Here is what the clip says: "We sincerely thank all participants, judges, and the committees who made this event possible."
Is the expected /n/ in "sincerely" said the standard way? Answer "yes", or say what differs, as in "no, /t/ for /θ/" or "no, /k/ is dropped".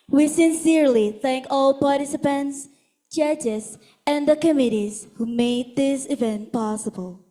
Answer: yes